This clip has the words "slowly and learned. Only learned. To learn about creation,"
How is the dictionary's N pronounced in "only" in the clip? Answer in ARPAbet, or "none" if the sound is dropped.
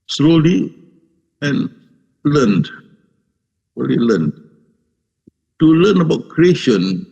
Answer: none